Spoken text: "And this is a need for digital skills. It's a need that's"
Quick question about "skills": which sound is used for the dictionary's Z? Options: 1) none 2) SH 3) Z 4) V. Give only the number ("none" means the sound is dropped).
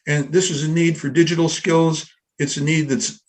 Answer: 3